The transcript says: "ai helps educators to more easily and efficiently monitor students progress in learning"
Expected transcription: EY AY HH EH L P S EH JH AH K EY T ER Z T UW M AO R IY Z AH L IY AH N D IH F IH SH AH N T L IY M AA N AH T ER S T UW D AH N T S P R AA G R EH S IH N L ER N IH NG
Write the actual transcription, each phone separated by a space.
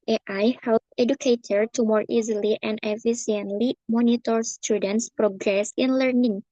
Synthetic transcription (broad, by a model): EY AY HH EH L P EH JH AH K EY T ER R T UW M AO R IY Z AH L IY AH N D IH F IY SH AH N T L IY M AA N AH T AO S T UW D AH N T S P R AA G R EH S IH N L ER N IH NG